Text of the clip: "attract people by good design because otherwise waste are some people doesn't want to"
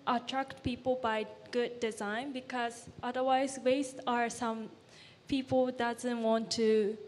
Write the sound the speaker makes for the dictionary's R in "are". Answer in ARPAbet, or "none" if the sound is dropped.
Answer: R